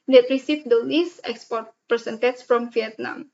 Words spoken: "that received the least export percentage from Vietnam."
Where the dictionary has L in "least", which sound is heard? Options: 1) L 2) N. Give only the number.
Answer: 2